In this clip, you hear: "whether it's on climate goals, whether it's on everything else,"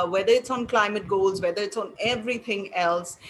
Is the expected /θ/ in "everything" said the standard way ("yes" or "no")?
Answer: no